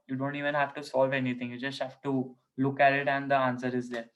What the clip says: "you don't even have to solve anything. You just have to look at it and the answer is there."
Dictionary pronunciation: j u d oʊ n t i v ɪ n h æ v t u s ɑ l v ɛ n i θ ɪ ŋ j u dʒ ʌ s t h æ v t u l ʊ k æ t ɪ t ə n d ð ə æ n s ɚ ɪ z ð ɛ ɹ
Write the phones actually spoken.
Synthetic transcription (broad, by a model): j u d oʊ n t i v ɪ n h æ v t u s ɑ l v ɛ n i t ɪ ŋ j u dʒ ʌ s t h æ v t u l ʊ k æ t ɪ t ə n d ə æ n s ɚ ɪ z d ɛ ɹ